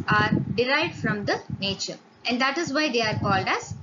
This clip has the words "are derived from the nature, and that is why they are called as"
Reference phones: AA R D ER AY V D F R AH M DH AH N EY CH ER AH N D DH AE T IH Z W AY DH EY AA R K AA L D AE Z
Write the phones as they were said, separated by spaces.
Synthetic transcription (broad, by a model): AA R D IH AY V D F R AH M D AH N EY CH ER AH N D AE T IH Z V AY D EY AA R K AA L D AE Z